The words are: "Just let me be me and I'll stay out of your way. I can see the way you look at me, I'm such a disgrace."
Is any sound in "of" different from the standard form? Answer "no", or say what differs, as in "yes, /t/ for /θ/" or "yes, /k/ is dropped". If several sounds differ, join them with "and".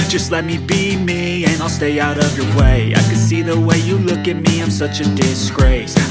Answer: no